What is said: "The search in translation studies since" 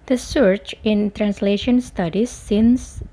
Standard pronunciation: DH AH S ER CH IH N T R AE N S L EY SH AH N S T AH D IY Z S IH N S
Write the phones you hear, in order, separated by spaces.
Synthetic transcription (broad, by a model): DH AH S ER CH IH N T R AE N S L EY SH AH N S T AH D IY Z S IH N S